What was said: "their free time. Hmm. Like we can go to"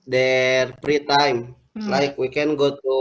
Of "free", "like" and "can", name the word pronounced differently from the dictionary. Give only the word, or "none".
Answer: free